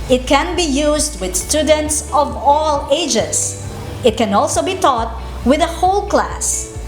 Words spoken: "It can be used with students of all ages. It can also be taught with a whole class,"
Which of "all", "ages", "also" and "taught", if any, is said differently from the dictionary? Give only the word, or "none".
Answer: ages